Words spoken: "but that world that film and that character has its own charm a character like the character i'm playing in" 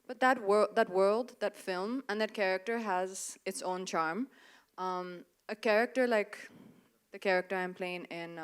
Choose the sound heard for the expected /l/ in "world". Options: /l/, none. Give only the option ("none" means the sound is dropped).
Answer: /l/